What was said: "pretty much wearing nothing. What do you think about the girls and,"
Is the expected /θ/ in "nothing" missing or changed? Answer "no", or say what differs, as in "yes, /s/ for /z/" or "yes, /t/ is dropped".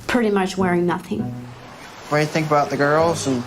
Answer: no